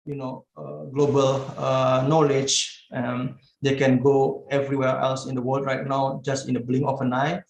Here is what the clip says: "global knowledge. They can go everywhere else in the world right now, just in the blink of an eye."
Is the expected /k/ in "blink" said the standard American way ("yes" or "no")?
no